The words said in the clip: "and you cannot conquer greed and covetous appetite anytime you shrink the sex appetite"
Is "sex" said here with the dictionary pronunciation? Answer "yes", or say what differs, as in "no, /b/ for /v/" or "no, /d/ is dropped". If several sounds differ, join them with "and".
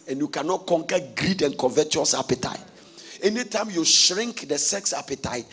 yes